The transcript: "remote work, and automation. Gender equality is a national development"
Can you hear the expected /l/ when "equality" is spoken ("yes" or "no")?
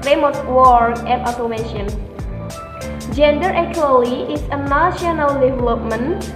no